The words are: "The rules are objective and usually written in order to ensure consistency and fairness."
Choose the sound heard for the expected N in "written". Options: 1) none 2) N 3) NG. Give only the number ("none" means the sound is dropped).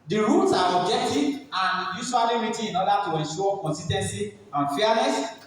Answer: 1